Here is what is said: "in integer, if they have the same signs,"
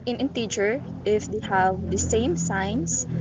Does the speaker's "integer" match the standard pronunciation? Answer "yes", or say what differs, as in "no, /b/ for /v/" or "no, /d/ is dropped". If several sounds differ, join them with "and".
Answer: no, /tʃ/ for /dʒ/